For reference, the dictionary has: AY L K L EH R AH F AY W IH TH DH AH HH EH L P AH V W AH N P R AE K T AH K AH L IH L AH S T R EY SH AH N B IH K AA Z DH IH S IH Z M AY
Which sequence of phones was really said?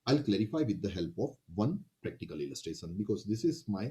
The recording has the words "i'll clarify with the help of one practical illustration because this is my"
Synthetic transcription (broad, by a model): AY L K L EH R AH F AY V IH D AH HH EH L P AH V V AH N P R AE K T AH K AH L IH L AH S T R EY SH AH N B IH K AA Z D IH S IH Z M AY